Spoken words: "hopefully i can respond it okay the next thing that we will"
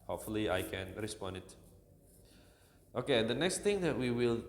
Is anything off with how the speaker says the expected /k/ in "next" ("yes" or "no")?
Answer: no